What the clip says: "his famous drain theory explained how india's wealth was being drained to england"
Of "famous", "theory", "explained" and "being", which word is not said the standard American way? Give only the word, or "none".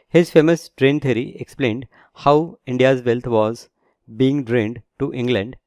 theory